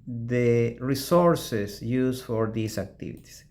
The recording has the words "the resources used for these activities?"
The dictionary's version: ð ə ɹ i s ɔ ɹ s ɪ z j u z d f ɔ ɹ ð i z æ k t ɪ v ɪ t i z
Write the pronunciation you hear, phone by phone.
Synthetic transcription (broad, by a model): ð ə ɹ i s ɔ ɹ s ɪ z j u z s f ɔ ɹ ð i s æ k t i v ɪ t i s